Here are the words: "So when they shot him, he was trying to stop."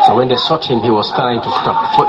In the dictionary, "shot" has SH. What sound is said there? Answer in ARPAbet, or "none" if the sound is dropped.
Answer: S